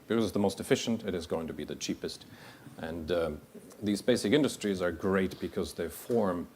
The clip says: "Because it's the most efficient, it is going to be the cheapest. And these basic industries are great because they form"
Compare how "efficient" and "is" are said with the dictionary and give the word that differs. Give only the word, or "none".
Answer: none